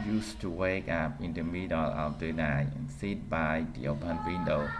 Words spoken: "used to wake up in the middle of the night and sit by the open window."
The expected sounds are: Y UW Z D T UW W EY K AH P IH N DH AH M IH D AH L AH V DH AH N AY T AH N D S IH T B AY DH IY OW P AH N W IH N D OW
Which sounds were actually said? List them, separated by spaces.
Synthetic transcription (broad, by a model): Y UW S T UW W EY K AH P IH N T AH M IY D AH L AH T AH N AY AH N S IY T B AY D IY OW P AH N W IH N D OW